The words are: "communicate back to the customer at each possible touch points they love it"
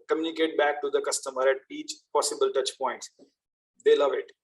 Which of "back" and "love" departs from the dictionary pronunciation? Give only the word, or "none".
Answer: none